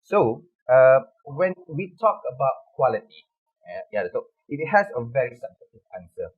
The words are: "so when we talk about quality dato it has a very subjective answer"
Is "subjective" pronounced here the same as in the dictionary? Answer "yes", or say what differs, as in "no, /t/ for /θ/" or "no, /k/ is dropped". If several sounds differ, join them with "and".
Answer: no, /k/ is dropped